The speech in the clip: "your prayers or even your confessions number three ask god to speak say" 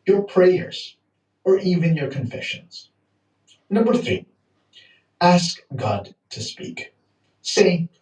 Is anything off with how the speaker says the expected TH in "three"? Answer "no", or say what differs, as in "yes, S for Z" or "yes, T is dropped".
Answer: no